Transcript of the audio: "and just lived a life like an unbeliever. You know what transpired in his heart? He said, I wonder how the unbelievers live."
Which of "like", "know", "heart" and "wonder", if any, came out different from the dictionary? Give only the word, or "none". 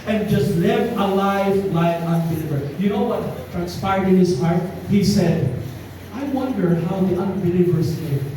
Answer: like